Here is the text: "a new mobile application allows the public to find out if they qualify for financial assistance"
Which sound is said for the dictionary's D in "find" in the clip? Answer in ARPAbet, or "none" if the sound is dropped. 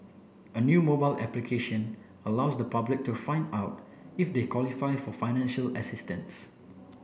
D